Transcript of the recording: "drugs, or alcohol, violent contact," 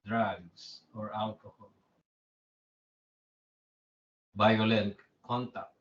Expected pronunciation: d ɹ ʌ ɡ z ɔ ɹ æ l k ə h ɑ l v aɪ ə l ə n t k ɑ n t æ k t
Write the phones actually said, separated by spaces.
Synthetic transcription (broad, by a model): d ɹ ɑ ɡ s ɔ ɹ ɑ l k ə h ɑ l b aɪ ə l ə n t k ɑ n t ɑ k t